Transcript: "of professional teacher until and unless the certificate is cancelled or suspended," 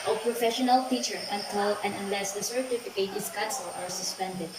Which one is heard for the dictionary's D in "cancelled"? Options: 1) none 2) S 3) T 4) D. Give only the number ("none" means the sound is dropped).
1